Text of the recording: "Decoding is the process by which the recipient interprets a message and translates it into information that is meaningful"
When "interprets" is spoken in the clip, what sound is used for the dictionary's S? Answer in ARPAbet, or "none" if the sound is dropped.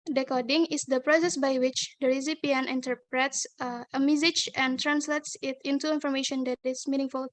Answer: S